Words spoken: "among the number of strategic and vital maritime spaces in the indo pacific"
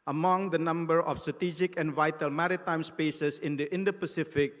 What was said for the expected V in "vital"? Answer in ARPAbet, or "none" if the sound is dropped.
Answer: V